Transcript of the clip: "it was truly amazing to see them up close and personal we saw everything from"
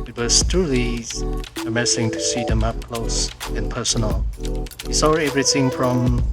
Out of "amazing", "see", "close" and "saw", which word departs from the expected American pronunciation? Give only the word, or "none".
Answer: amazing